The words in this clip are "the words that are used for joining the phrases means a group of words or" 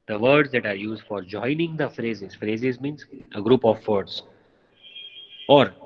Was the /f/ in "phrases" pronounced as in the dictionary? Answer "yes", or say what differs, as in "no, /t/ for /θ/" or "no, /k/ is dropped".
yes